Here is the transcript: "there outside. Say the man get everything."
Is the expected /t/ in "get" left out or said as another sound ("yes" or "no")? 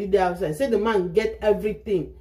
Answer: no